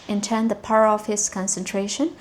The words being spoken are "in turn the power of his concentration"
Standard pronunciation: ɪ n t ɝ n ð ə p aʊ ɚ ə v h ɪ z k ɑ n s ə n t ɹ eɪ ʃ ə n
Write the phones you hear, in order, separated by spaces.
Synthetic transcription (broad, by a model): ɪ n t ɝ n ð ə p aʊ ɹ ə f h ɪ s k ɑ n s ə n t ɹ eɪ ʃ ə n